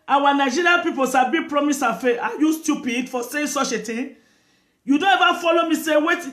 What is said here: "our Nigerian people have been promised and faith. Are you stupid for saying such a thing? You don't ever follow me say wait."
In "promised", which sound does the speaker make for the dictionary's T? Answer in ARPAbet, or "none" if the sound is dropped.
none